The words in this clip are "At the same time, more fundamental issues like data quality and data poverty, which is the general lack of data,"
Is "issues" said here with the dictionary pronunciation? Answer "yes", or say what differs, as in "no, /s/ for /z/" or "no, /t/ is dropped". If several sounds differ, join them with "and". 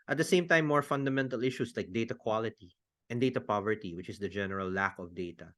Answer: no, /s/ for /z/